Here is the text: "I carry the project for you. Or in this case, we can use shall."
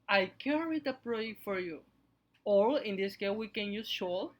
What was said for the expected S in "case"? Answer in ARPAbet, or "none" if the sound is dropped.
none